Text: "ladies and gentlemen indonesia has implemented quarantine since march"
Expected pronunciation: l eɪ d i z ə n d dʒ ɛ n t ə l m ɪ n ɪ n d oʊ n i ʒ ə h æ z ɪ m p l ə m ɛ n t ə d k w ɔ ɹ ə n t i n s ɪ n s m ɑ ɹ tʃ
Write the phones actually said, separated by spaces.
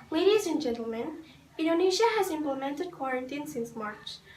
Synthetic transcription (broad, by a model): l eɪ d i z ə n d dʒ ɛ n t ə l m ɪ n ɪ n d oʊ n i ʃ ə h æ z ɪ m p l ə m ɛ n t ə d k w ɔ ɹ ə n t i n s ɪ n s m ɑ ɹ tʃ